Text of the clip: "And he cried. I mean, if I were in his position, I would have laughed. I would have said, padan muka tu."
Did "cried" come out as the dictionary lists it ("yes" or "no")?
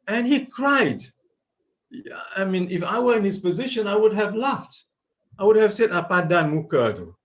yes